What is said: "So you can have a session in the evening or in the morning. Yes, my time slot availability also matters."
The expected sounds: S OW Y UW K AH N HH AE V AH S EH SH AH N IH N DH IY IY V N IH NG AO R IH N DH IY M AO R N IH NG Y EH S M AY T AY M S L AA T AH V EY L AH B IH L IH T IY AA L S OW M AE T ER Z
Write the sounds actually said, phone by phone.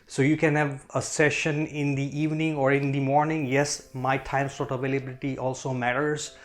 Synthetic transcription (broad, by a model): S OW Y UW K AH N HH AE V AH S EH SH AH N IH N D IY IY V N IH NG AO R IH N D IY M AO R N IH NG Y EH S M AY T AY M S AA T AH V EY L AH B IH L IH T IY AA L S OW M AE T ER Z